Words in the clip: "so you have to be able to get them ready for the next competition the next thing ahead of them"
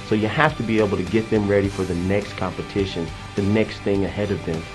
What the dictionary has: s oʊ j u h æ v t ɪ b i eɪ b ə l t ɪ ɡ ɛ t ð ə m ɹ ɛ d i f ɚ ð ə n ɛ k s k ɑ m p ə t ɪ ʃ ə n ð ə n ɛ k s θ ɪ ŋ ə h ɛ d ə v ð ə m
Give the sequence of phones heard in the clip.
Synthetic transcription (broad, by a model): s oʊ j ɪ h æ f t ɪ b i eɪ b l t ɪ ɡ ɛ t ð ə m ɹ ɛ d i f ɚ ð ə n ɛ k s k ɑ m p ə t ɪ ʃ ə n ð ə n ɛ k s θ ɪ ŋ ə h ɛ d ə v ð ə m